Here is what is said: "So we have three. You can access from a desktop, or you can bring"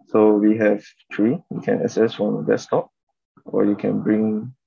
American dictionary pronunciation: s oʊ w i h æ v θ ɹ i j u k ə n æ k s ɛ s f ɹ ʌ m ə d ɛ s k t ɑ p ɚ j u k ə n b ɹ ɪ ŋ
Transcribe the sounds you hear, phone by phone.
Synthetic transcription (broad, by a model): s oʊ w i h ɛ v t ɹ i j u k ə n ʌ s ɛ s f ɹ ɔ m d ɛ s t ɑ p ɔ j u k ə n b ɹ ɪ ŋ